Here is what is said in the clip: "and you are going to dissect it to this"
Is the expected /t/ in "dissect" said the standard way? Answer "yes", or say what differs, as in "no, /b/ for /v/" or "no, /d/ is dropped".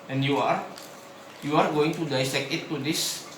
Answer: no, /t/ is dropped